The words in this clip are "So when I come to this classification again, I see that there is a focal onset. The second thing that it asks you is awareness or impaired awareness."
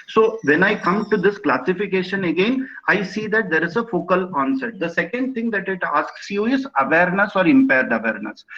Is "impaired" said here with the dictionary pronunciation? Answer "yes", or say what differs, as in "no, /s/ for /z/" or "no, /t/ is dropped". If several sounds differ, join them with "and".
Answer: yes